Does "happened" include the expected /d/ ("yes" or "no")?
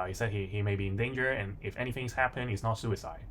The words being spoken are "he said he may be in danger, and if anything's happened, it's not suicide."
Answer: no